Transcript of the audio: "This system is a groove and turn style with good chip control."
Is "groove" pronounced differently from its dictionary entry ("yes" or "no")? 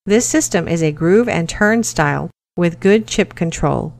no